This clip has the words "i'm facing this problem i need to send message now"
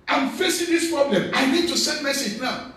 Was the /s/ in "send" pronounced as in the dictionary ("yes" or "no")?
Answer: yes